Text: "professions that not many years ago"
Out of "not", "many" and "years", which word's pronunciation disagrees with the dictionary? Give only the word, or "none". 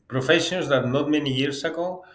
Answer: years